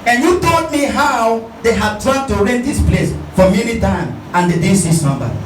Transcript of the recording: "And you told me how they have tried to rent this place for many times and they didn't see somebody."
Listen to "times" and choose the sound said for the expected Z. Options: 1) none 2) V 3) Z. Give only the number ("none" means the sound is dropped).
1